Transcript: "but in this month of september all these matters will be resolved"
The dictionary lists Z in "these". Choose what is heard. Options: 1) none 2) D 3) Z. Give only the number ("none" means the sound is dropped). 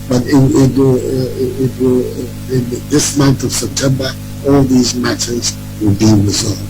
3